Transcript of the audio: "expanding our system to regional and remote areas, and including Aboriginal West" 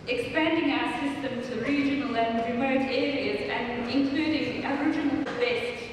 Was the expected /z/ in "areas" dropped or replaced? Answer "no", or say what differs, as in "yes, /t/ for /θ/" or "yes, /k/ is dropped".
no